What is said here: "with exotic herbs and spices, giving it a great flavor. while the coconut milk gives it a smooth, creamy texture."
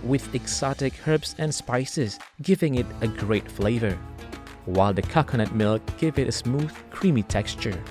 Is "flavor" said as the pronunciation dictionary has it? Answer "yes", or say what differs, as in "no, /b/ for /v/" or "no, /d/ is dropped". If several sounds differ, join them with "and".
yes